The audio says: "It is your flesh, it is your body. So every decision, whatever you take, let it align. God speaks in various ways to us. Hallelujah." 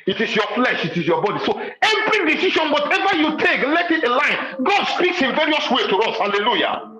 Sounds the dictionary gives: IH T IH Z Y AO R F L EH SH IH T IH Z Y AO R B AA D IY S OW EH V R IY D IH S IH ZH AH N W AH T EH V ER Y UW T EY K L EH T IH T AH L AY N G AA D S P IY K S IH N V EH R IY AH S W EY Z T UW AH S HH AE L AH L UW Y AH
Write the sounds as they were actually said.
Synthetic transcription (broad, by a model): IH T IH S Y AO F L EH SH IH T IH S Y AO B AA D IY S OW EH V R IY D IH S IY SH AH N W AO T EH V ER Y UW T EY K L EH T IH T AH L AY N G AA D S P IY K S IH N V EH R IY AH S W EY T UW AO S HH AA L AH L UW Y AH